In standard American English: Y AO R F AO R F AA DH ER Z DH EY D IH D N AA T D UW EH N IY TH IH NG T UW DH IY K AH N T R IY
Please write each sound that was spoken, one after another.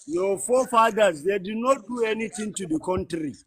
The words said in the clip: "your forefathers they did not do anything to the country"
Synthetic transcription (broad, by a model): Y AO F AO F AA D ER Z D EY D IH D N AA T D UW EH N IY T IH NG T UW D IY K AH N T R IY